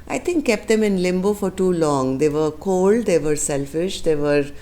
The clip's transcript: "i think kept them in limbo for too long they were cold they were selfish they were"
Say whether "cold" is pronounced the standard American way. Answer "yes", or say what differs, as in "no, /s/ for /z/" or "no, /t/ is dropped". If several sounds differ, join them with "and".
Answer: yes